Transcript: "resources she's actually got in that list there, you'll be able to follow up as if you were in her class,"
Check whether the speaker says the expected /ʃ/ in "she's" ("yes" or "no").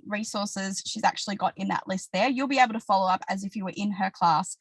yes